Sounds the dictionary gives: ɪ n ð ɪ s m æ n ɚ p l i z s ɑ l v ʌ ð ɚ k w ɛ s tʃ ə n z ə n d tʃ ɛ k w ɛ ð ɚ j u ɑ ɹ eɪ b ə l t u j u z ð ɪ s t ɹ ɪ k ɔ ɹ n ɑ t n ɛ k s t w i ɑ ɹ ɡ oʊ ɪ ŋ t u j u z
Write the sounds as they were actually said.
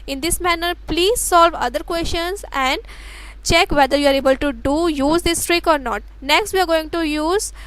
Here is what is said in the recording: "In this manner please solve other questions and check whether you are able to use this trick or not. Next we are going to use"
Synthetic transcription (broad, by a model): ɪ n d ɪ s m æ n ɚ p l i z s ɑ l v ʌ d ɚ k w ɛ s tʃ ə n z ə n d tʃ ɛ k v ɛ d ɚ j u ɑ ɹ eɪ b ə l t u j u z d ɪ s t ɹ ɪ k ɔ ɹ n ɑ t n ɛ k s t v i ɑ ɹ ɡ oʊ ɪ ŋ t u j u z